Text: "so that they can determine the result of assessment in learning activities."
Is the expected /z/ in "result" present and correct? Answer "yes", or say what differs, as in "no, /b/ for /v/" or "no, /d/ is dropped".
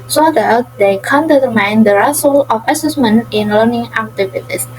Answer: no, /s/ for /z/